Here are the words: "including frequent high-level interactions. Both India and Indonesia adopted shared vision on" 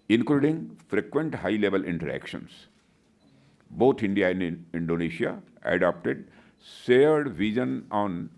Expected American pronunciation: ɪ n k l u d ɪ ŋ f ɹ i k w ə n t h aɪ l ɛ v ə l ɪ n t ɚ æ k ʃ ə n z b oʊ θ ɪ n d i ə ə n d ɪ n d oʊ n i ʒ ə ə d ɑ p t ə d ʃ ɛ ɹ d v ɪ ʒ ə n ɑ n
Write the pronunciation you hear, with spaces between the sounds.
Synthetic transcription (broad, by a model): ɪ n k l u d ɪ ŋ f ɹ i k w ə n t h aɪ l ɛ v ə l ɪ n t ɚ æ k ʃ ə n s b oʊ t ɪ n d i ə ə n d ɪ n d oʊ n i ʃ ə ə d ɑ p t ə d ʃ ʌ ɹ d v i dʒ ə n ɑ n